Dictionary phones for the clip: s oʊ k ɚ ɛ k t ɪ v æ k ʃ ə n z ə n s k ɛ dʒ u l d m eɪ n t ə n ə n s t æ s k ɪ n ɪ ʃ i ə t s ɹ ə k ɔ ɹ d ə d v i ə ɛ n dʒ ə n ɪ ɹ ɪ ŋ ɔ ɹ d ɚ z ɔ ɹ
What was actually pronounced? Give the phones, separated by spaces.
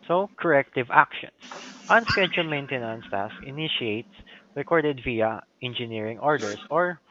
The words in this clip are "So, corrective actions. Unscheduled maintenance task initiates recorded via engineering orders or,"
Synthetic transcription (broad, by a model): s oʊ k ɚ ɛ k t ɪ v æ k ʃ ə n s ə n s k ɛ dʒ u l m eɪ n t ə n ə n s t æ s ɪ n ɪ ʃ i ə t s ɹ ə k ɔ ɹ d ə d v i ə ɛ n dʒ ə n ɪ ɹ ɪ ŋ ɔ ɹ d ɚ s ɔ ɹ